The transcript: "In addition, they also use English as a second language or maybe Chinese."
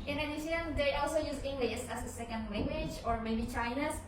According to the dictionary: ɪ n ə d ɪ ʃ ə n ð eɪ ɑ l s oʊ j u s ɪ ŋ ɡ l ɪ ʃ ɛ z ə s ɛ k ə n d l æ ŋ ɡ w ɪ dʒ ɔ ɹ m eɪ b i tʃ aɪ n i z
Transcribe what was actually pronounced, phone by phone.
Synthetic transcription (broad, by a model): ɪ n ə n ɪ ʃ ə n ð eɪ ɑ l s oʊ j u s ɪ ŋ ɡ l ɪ s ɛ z ə s ɛ k ə n d l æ ŋ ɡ w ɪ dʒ ɔ ɹ m eɪ b i tʃ aɪ n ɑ